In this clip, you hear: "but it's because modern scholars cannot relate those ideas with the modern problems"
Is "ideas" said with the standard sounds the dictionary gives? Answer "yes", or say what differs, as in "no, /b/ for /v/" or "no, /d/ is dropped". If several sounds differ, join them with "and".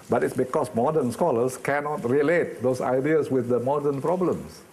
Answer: no, /s/ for /z/